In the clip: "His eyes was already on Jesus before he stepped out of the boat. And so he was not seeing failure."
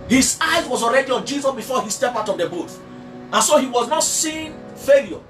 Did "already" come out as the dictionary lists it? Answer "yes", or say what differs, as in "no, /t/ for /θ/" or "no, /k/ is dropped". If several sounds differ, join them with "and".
yes